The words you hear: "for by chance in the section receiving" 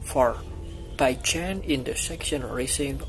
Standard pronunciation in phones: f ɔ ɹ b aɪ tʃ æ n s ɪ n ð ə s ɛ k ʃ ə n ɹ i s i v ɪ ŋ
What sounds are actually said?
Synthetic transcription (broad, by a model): f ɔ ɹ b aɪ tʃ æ n ɪ n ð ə s ɛ k ʃ ə n ɹ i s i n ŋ